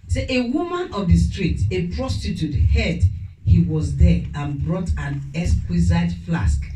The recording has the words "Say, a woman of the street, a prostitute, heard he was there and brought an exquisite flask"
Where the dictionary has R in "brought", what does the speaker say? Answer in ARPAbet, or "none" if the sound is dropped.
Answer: R